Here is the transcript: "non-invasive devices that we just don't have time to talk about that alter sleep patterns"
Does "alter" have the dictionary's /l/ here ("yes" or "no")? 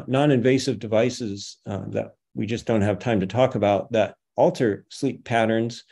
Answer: yes